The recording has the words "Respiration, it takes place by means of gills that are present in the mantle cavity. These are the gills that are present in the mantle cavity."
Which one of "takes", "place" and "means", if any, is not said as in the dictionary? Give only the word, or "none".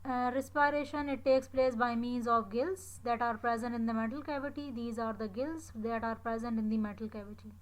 none